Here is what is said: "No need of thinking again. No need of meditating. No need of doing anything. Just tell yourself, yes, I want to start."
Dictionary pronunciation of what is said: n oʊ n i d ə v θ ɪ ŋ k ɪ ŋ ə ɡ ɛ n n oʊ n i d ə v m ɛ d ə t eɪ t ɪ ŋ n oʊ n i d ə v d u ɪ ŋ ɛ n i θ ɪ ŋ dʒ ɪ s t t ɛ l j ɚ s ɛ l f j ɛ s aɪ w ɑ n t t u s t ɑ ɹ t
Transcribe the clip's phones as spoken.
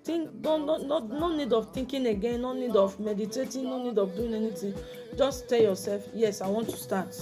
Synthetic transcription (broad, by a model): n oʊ n i d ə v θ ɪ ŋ k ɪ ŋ ə ɡ ɛ n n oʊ n i d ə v m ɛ d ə t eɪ t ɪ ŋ n oʊ n i d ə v d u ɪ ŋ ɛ n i t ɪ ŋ dʒ ɪ s t t ɛ l j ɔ s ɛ l f j ɛ s aɪ w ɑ n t t u s t ɑ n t